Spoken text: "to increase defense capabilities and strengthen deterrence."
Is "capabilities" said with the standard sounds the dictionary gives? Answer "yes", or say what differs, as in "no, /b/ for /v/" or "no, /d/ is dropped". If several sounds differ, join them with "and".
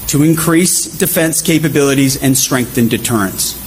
yes